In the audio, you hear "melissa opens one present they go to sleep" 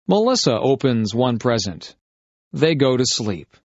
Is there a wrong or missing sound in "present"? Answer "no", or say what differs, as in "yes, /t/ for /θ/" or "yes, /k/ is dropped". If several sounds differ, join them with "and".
no